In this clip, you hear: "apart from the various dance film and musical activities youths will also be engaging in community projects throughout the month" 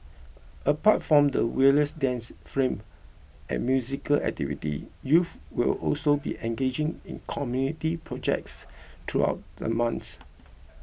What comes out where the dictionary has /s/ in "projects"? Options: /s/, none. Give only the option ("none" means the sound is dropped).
/s/